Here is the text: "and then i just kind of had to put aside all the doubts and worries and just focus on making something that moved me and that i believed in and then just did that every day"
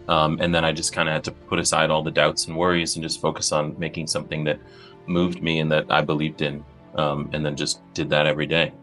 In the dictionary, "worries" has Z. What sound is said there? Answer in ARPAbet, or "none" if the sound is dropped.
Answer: Z